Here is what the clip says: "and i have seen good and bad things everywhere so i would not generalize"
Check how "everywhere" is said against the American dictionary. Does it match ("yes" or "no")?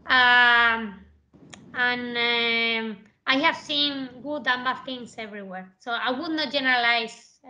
yes